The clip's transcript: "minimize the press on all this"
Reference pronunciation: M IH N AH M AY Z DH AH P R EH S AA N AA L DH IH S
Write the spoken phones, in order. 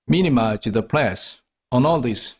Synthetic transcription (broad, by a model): M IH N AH M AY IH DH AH P L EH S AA N AA L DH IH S